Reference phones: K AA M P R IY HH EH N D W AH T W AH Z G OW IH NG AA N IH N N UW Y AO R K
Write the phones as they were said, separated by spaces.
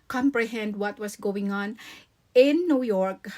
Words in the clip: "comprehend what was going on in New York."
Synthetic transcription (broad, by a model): K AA M P R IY HH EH N D W AH T W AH S G OW IH NG AA N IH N N UW Y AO R K